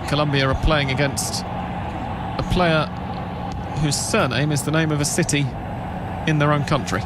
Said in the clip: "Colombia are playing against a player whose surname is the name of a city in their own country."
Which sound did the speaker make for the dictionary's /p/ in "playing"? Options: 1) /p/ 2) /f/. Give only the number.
1